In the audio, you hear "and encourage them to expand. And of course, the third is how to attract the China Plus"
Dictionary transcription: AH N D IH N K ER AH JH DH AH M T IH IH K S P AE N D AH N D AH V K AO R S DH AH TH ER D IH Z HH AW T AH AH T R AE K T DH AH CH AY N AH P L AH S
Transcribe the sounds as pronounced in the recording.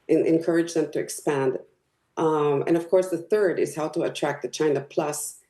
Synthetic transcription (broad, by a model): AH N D IH N K ER AH JH DH AH M T IH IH K S P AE N D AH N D AH V K AO R S DH AH TH ER D IH Z HH AW T AH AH T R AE K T DH AH CH AY N AH P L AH S